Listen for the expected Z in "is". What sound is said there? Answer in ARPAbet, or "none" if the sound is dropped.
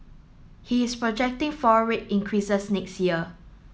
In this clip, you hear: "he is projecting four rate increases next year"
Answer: S